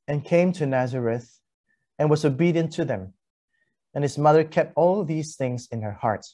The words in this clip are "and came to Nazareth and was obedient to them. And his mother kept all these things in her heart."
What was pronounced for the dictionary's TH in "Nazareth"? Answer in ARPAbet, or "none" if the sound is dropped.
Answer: TH